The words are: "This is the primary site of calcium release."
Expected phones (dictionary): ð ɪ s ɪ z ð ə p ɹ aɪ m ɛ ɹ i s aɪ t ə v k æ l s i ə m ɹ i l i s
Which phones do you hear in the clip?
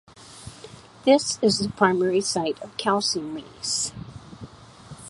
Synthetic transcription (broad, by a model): ð ɪ s ɪ z ð ə p ɹ aɪ m ɛ ɹ i s aɪ t ə v k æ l s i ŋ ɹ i ɪ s